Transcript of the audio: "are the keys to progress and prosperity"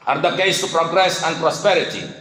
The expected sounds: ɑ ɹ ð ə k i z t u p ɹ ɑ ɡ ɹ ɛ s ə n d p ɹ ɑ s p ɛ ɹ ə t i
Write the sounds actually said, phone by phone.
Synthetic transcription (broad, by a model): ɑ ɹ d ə k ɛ s t u p ɹ ɑ ɡ ɹ ɛ s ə n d p ɹ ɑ s p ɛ ɹ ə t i